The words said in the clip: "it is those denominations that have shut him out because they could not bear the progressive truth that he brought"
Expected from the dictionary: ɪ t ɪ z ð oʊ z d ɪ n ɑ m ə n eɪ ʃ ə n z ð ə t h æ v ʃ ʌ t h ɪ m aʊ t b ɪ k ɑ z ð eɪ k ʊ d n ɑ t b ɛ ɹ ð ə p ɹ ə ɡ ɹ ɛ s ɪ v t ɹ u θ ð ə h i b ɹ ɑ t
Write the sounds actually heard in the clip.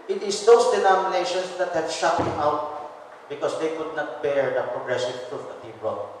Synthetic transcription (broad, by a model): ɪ t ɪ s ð oʊ s d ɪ n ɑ m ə n eɪ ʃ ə n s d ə t h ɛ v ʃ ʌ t h ɪ m aʊ t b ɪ k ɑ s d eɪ k ʊ d n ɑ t b ɛ ɹ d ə p ɹ ə ɡ ɹ ɛ s ɪ v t ɹ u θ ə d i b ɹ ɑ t